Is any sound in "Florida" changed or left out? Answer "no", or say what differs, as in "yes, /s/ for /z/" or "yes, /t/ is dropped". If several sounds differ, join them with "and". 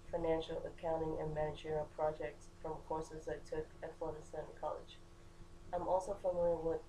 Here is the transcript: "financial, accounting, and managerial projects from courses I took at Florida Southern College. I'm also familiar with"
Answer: yes, /l/ is dropped